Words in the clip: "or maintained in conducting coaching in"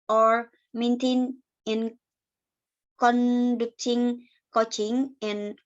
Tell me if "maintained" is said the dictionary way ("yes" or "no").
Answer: no